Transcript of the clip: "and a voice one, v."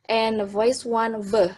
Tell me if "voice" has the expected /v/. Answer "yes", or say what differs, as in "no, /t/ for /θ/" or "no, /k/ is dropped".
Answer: yes